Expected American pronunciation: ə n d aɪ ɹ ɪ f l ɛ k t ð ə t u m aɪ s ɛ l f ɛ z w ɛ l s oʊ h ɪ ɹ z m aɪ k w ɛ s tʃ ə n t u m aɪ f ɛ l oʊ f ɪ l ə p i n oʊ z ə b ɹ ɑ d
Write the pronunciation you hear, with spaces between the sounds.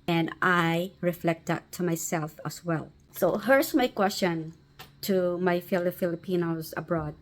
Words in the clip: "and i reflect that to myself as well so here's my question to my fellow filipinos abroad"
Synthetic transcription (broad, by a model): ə n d aɪ ɹ ɪ f l ɛ k t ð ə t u m aɪ s ɛ l f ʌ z w ɛ l s oʊ h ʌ ɹ s m aɪ k w ɛ s tʃ ə n t u m aɪ f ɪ l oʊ f ɪ l ə p i n oʊ z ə b ɹ ɑ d